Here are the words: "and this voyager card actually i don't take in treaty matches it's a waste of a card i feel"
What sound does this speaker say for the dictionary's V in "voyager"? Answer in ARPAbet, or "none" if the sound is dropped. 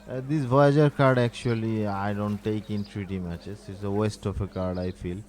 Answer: B